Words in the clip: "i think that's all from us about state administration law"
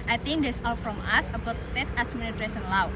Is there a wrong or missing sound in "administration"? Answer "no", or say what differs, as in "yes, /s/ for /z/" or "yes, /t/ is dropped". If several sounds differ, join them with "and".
yes, /s/ is dropped